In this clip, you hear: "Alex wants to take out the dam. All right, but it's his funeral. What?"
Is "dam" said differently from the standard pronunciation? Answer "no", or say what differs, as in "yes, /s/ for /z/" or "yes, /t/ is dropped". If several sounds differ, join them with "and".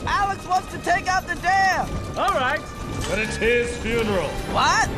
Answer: yes, /m/ is dropped